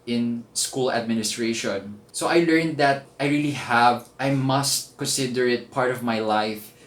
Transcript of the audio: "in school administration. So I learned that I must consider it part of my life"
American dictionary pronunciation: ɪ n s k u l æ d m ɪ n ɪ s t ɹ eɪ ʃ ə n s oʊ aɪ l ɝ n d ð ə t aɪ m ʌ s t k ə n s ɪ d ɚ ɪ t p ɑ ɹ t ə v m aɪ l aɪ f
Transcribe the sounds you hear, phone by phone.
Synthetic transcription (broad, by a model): ɪ n s k u l æ d m ɪ n ɪ s t ɹ eɪ ʃ ə n s oʊ aɪ l ɝ n d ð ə t aɪ m ʌ s t k ə n s ɪ d ɚ ɪ t p ɑ ɹ t ə v m aɪ l aɪ f